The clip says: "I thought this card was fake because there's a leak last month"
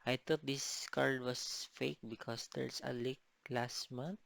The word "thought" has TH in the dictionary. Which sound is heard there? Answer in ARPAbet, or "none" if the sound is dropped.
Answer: T